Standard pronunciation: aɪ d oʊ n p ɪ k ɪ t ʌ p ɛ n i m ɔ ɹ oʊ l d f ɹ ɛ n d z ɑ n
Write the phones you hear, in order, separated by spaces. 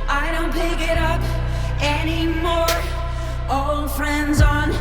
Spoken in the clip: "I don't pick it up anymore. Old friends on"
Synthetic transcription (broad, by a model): aɪ d oʊ n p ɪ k ɪ t ʌ p ɛ n i m ɔ ɹ oʊ l d f ɹ ɛ n d z n